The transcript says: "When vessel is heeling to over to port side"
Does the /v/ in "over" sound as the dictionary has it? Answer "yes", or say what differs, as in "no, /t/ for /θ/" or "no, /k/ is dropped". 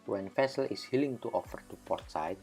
no, /f/ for /v/